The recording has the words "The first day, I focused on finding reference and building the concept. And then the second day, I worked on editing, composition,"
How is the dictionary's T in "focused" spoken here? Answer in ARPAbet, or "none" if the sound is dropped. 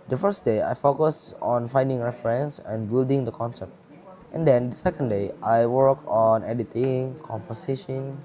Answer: none